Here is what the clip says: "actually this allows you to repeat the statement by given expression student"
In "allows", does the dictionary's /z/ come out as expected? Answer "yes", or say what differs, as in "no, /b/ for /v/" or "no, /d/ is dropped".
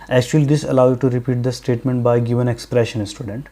no, /z/ is dropped